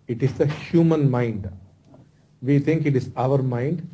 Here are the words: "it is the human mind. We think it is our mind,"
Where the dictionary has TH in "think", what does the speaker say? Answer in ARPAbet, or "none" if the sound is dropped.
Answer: T